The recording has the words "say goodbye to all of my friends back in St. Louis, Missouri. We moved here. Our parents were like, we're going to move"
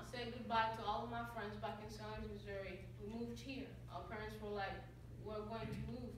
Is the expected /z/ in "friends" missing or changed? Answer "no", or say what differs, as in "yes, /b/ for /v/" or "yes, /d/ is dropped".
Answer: no